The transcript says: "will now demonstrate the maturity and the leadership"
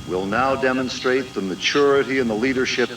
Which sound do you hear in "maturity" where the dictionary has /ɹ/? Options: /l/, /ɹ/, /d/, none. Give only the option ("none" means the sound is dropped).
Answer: /ɹ/